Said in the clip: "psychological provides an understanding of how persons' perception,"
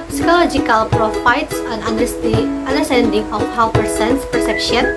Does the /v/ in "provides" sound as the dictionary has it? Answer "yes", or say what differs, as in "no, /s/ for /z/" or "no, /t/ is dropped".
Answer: no, /f/ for /v/